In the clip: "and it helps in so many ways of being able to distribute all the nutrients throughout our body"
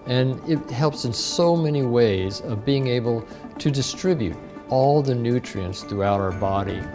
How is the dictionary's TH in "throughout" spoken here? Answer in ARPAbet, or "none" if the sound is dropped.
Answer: TH